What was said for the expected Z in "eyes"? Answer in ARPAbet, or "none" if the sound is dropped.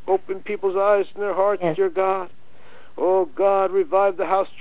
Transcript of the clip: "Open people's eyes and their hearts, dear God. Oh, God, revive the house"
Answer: Z